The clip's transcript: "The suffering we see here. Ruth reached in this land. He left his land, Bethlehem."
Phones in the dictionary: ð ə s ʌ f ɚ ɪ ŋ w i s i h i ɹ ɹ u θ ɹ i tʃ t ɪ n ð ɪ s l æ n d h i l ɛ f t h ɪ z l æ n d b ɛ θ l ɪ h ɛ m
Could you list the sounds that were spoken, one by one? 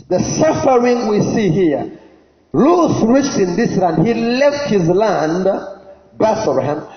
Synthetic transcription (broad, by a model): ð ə s ʌ f ɚ ɪ ŋ w i s i h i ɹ l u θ ɹ i tʃ t ɪ n ð ɪ s l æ n d h i l ɛ f t h ɪ z l æ n d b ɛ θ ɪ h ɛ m